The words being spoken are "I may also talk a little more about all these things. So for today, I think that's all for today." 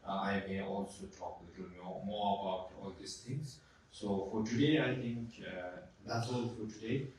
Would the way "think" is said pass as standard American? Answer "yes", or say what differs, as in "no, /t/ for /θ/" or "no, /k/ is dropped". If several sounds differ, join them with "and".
no, /t/ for /θ/